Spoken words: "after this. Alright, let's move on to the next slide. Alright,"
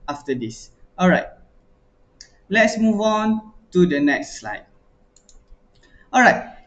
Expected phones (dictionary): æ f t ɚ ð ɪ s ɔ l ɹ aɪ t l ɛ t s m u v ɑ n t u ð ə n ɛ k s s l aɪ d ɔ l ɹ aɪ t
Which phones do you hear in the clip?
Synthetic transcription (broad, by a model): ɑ f t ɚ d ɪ s ɔ l ɹ aɪ t l ɛ t s m u v ɑ n t u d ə n ɛ k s s l aɪ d ɔ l ɹ aɪ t